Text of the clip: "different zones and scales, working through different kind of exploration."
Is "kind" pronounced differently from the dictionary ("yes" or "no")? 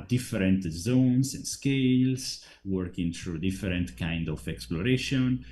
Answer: no